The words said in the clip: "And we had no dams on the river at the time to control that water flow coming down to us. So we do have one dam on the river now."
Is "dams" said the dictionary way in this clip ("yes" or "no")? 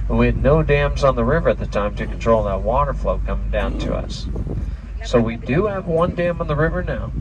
yes